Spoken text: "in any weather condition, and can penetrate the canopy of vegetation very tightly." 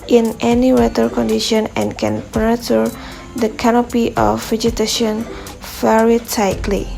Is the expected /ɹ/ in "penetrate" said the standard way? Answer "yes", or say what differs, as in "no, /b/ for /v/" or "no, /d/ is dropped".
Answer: no, /ɹ/ is dropped